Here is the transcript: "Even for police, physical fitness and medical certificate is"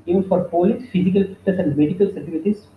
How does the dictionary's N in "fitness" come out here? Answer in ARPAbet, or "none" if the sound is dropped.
none